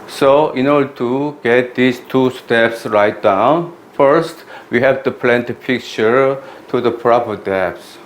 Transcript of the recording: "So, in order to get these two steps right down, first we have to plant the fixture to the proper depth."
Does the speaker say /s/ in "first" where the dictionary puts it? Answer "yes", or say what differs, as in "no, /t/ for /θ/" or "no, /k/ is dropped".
yes